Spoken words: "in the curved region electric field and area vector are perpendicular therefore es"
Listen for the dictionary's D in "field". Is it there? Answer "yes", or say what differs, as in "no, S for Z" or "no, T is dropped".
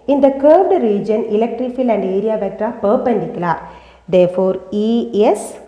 no, D is dropped